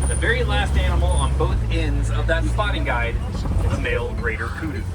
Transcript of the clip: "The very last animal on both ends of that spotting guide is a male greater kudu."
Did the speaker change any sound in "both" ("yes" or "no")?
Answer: no